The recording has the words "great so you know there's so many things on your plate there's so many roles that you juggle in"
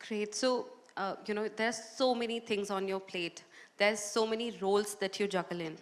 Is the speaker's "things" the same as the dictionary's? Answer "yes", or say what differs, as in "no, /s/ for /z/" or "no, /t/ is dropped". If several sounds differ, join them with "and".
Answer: no, /t/ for /θ/